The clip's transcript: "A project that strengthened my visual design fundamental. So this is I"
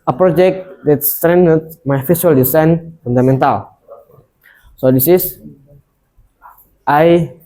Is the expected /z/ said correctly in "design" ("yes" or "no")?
no